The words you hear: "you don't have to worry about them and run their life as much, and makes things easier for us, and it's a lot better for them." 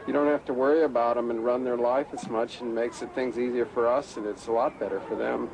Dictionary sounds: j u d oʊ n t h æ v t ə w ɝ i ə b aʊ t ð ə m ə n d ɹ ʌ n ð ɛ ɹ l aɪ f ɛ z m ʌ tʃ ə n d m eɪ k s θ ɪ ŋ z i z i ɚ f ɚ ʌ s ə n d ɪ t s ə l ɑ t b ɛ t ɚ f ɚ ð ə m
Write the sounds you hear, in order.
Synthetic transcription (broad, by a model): j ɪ d oʊ n t h æ f t ə w ɝ i ə b aʊ t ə m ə n ɹ ʌ n ð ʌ ɹ l aɪ f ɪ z m ʌ tʃ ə n m eɪ k s θ ɪ ŋ z i z i ɚ f ɚ ʌ s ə n ɪ t s ə l ɑ t b ɛ t ɚ f ɚ ð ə m